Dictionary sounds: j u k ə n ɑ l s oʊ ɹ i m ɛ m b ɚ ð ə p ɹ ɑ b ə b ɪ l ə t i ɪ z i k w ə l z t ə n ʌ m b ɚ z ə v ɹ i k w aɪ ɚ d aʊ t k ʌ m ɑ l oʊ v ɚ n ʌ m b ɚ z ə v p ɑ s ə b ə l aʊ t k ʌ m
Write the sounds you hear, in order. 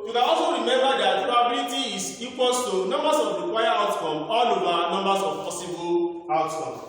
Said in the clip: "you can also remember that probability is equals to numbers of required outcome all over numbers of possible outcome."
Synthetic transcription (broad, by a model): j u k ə ɑ l s oʊ ɹ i m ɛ m b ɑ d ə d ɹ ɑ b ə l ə t i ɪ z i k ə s t ə n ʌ m b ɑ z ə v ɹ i k w aɪ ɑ aʊ t k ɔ m ɑ l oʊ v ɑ n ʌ m b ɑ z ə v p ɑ s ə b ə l aʊ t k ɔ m